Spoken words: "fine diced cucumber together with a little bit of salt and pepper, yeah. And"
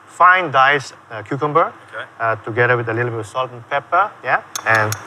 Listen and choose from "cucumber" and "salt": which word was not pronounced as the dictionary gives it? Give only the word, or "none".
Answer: none